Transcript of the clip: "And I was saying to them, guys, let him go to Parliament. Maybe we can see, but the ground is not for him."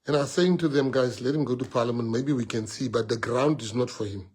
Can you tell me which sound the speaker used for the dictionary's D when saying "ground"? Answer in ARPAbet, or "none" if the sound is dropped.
D